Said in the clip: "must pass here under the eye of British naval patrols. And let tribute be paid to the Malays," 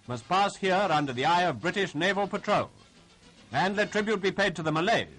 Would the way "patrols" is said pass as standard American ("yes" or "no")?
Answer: yes